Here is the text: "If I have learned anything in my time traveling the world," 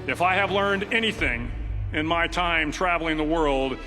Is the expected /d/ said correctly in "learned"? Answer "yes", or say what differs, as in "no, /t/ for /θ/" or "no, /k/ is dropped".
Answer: yes